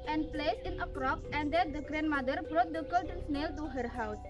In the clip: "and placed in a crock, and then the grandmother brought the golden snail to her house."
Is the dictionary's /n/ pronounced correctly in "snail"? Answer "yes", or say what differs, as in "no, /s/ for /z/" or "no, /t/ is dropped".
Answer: yes